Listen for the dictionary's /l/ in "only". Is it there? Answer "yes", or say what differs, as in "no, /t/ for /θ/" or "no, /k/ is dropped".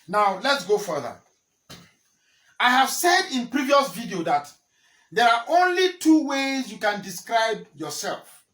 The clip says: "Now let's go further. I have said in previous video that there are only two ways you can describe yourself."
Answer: yes